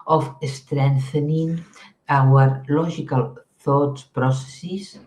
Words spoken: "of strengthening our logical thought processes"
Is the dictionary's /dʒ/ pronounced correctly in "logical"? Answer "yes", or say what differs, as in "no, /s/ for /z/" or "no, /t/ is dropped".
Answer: no, /ʒ/ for /dʒ/